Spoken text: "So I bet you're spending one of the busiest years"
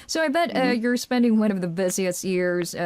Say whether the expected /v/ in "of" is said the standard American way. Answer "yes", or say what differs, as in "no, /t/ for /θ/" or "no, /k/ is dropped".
yes